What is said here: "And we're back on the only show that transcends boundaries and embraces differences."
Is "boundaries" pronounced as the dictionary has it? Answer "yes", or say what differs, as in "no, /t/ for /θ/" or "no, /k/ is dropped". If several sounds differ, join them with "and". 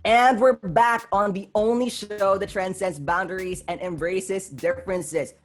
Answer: yes